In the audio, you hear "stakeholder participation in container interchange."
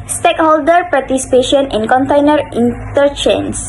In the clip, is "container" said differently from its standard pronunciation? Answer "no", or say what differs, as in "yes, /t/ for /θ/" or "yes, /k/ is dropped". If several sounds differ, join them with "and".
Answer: no